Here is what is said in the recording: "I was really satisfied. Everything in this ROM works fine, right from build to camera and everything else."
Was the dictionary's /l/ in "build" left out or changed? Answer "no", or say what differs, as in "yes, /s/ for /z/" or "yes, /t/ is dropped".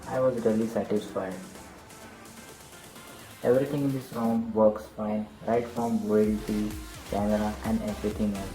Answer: yes, /l/ is dropped